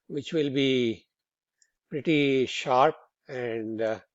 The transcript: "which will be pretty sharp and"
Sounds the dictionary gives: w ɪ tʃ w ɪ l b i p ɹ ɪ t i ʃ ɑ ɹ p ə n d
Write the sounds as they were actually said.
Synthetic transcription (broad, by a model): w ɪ tʃ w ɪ l b i p ɹ ɪ t i ʃ ɑ ɹ p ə n d